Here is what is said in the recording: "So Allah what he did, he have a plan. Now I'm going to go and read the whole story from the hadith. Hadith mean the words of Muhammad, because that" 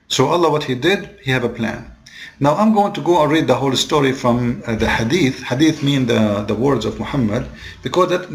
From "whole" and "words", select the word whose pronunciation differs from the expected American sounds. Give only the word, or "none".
none